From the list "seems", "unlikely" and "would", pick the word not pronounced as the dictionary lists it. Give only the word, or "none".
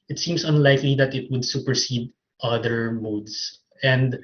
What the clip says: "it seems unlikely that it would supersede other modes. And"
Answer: seems